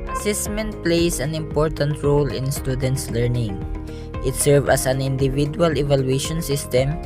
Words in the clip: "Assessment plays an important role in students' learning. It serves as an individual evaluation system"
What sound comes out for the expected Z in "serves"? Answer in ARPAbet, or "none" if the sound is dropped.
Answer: none